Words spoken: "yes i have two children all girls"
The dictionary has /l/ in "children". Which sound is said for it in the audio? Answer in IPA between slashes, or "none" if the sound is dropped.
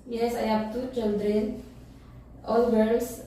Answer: /n/